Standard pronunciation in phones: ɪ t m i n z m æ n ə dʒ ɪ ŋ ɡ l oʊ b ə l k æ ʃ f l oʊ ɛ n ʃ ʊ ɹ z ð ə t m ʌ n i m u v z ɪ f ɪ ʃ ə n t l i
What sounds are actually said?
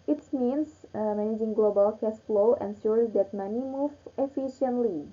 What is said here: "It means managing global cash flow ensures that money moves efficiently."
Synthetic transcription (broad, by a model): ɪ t m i n s m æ n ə dʒ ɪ ŋ ɡ l oʊ b ə l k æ s f l oʊ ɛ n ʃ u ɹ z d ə t m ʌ n i m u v ɪ f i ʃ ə n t l i